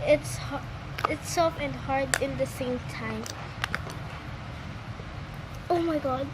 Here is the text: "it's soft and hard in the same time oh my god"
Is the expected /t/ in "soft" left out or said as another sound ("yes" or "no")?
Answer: yes